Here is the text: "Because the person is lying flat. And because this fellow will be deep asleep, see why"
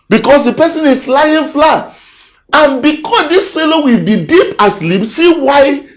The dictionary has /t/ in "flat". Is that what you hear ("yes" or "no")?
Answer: no